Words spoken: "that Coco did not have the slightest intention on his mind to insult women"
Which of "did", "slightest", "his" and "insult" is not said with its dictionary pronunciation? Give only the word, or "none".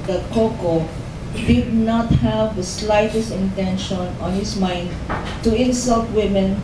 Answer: his